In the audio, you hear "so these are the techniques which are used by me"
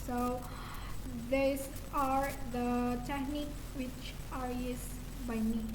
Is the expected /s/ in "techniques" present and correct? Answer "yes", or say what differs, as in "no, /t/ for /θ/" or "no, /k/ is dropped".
no, /s/ is dropped